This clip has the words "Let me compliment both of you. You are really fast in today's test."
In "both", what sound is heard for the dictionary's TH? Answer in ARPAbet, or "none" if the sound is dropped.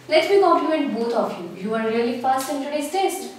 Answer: T